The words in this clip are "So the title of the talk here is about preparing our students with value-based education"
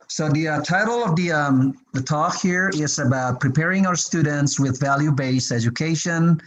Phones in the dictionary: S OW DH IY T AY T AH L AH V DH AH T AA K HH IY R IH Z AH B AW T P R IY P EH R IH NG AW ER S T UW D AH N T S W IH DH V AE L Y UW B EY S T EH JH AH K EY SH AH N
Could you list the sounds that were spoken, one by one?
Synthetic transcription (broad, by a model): S OW DH IY T AY T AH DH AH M DH AH T AA K HH IY R IH Z AH B AW T P R IY P EH R IH NG AW ER S T UW D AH N T S W IH DH V AE L Y UW B EY S EH JH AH K EY SH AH N